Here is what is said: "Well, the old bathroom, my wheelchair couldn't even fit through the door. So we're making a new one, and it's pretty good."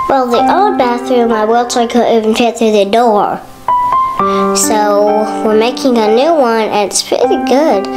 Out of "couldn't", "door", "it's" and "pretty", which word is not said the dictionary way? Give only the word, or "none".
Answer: couldn't